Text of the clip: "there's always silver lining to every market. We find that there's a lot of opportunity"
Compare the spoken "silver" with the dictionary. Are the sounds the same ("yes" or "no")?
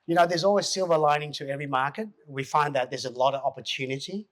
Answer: yes